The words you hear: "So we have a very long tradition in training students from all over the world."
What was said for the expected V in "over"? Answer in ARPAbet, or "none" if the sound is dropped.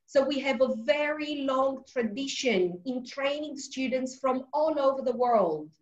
V